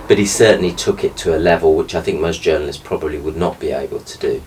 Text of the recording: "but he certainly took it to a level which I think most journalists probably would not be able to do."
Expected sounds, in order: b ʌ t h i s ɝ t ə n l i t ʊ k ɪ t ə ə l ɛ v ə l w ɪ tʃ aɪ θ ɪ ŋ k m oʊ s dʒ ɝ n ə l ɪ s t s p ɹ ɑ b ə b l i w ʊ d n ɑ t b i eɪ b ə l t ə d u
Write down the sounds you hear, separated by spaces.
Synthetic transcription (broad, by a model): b ʌ t h i s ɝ t n l i t ʊ k ɪ t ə ə l ɛ v ə l w ɪ tʃ aɪ θ ɪ ŋ k m oʊ s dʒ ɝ n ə l ɪ s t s p ɹ ɑ b ə b l i w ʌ d n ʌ t b i eɪ b ə l t ə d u